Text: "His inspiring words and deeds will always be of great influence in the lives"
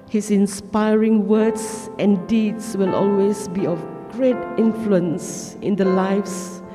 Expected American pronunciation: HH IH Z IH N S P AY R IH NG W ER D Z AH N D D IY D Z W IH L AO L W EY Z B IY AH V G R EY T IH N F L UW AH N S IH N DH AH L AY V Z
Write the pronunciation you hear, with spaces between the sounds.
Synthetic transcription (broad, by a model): HH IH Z IH N S P AY R IH NG W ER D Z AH N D D IY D S W IH L AO L W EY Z B IY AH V G R EY T IH N F L UW AH N S IH N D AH L AY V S